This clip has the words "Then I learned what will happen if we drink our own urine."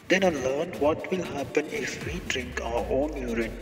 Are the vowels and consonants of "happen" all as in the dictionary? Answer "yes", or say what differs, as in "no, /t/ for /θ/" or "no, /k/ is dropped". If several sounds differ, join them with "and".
yes